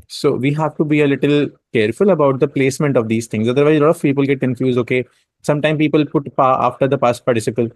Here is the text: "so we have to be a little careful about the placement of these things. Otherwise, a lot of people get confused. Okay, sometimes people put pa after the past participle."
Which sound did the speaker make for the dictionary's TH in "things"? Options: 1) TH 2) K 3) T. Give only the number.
3